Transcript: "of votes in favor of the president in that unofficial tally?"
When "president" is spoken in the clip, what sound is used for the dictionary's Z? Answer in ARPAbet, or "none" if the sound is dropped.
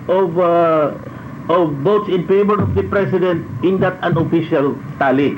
S